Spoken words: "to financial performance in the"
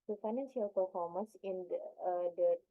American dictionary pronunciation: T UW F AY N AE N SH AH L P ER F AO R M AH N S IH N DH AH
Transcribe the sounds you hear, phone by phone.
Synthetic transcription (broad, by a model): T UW F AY N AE N S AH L P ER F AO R M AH N S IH N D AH